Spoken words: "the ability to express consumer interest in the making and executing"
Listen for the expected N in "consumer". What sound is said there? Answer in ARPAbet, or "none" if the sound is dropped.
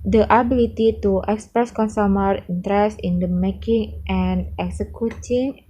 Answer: N